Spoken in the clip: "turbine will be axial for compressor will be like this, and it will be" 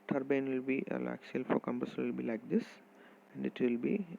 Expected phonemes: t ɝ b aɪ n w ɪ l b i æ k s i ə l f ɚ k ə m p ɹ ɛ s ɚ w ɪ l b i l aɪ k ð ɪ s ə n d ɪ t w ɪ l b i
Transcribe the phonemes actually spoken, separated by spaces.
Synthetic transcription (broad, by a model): t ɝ b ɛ n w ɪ l b i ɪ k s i l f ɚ k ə m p ʌ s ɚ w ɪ l b i l aɪ k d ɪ s ə n d ɪ t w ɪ l b i